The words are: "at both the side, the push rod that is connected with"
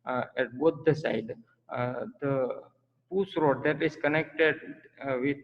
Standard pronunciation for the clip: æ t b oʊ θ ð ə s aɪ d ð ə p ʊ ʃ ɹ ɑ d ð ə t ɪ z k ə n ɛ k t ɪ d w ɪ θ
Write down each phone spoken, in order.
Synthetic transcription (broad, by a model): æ t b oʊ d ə s aɪ d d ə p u s ɹ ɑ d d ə t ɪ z k ə n ɛ k t ɪ d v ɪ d